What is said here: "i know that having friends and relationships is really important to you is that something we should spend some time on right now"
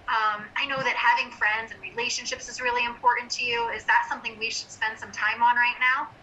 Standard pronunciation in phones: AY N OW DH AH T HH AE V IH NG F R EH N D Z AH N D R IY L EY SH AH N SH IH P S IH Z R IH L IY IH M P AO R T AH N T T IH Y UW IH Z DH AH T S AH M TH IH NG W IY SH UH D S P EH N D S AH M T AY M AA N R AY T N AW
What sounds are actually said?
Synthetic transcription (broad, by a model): AY N OW DH AH T HH AE V IH NG F R EH N D Z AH N R IY L EY SH AH N SH IH P S IH Z R IH L IY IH M P AO R T N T T IH Y UW IH Z DH AH T S AH M TH IH NG W IY SH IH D S P EH N D S AH M T AY M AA N R AY T N AW